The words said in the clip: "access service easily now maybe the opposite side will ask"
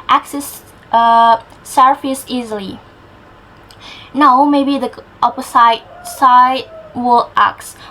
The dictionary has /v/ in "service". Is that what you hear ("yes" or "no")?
no